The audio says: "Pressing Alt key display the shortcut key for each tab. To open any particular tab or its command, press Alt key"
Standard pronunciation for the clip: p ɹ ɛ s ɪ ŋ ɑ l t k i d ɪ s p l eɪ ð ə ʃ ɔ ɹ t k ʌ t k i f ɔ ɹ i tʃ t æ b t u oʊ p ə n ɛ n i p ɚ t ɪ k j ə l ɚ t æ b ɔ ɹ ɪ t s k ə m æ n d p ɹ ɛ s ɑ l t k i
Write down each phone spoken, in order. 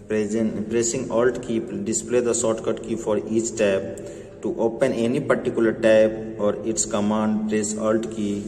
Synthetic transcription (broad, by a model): p ɹ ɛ s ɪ ŋ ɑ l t k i d ɪ s p l eɪ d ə s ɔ t k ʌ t k i f ɔ ɹ i tʃ t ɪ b t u oʊ p ə n ɛ n i p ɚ t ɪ k j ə l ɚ t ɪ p ɔ ɹ ɪ t s k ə m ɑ n d p ɹ ɛ s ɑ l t k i